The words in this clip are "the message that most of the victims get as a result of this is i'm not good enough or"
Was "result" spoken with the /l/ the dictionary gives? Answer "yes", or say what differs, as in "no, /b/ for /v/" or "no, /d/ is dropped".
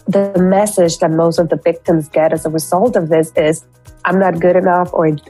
yes